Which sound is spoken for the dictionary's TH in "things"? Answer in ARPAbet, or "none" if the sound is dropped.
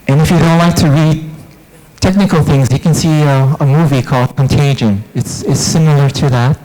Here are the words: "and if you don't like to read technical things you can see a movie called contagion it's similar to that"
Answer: TH